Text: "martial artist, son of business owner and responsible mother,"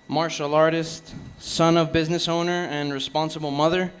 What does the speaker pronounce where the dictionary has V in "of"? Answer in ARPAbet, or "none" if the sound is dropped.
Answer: V